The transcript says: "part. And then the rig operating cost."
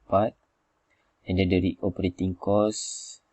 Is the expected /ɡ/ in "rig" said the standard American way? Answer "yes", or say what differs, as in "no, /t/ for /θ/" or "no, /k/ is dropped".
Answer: no, /ɡ/ is dropped